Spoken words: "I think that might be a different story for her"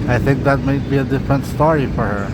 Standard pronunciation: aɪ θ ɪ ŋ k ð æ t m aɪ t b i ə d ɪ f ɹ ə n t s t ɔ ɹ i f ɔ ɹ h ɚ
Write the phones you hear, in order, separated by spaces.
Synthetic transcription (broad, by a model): aɪ θ ɪ ŋ k ð æ t m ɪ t b i ə d ɪ f ɹ ə n t s t ɔ ɹ i f ɔ ɹ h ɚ